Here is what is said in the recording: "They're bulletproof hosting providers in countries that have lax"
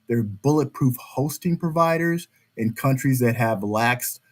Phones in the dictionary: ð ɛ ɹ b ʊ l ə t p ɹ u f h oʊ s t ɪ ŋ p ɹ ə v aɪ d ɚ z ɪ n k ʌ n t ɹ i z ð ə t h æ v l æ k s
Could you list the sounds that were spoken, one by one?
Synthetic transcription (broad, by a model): ð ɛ ɹ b ʊ l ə t p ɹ u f h oʊ s t ɪ ŋ p ɹ ə v aɪ d ɚ z ɪ n k ʌ n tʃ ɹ i z ð ə t h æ v l æ k s